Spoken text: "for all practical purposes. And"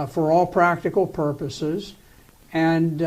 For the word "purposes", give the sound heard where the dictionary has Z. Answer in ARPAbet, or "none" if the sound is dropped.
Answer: Z